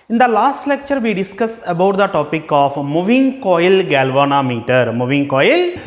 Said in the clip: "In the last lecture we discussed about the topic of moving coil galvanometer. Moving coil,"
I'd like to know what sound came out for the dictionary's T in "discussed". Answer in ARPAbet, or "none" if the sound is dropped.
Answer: none